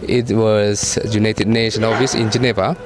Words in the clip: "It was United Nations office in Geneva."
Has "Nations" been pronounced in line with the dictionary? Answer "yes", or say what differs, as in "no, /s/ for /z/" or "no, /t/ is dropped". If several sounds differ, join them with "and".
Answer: no, /z/ is dropped